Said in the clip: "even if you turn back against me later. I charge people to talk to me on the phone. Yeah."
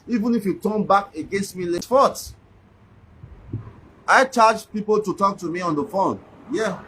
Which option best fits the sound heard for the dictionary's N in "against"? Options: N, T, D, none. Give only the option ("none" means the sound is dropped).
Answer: N